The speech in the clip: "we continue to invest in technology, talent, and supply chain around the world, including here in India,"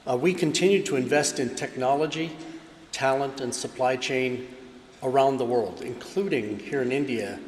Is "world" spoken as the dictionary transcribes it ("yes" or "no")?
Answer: yes